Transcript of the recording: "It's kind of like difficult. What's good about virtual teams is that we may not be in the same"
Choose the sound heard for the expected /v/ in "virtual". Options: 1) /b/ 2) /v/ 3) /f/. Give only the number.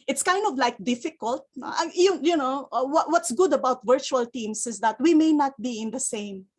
2